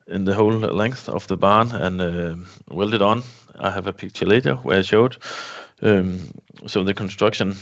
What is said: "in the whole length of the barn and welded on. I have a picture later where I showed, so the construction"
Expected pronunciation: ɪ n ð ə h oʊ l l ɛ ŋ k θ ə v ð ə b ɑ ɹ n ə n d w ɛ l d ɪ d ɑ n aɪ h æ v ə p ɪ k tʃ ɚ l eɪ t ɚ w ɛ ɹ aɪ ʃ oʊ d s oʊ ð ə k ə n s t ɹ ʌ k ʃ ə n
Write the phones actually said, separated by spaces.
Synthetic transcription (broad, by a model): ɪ n ð ə h oʊ l l ɛ ŋ k θ ə v ð ə b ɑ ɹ n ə n w ɛ l d ɪ d n aɪ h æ v ə p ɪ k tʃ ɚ l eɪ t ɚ w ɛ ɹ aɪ ʃ oʊ d s oʊ ð ə k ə n s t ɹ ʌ k ʃ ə n